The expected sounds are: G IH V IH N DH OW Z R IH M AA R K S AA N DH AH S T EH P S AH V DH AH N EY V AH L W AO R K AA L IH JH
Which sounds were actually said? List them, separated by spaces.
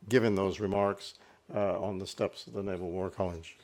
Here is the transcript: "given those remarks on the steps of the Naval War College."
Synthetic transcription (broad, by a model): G IH V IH N DH OW Z R IH M AA R K S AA N DH AH S T EH P S AH V DH AH N EY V L W AO R K AA L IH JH